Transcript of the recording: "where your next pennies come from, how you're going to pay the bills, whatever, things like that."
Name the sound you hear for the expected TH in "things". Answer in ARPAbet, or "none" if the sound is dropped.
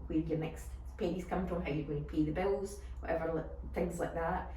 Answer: TH